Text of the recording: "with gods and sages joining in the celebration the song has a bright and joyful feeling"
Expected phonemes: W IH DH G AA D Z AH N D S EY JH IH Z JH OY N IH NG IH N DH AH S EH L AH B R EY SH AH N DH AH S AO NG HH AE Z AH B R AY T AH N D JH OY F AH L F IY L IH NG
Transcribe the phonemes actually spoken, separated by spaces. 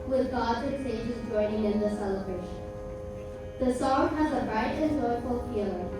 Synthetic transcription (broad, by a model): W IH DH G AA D AH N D S EY JH IH Z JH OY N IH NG IH N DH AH S EH L AH B R EY SH AH N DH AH S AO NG HH AE Z AH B R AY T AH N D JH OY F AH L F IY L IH